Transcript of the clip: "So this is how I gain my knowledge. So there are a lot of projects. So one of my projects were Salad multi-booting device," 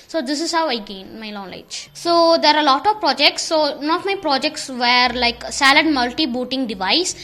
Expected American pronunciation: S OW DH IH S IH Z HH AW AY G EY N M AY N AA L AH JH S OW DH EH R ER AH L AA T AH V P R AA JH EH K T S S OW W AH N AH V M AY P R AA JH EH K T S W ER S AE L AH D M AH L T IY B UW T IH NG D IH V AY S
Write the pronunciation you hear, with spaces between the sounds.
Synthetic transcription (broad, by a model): S OW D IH S IH Z HH AW AY G EY N M AY L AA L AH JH S OW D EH R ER AH L AA T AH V P R AA JH EH K T S S OW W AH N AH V M AY P R AA JH EH K T S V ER S AE L AH D M AH L T IY B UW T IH NG D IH V AY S